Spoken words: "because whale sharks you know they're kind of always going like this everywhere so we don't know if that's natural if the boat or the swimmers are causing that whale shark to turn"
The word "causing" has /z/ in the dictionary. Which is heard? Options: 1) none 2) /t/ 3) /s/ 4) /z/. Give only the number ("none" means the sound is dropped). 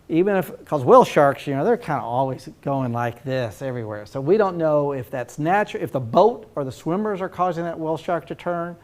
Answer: 4